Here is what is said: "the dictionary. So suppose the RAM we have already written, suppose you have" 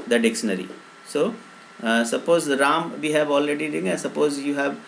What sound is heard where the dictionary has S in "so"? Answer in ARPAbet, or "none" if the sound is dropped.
S